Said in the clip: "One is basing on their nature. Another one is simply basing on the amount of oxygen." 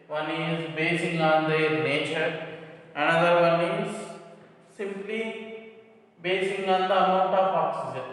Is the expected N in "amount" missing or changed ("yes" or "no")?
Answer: yes